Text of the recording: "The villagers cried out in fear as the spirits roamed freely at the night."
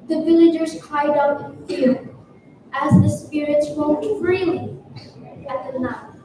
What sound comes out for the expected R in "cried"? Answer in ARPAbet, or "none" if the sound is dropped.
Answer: none